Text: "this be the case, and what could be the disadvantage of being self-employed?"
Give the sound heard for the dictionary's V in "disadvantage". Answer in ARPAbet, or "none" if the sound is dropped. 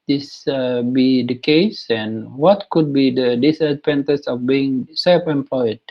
P